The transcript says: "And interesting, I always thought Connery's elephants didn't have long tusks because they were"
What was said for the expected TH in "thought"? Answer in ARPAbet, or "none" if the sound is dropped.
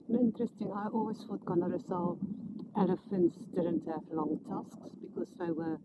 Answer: F